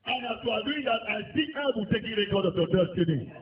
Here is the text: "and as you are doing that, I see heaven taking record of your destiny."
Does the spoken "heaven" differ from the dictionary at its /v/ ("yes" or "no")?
yes